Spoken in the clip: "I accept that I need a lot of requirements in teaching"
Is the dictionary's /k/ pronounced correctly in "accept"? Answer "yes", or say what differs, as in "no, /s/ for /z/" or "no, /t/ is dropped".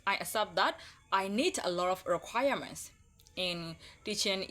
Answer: no, /k/ is dropped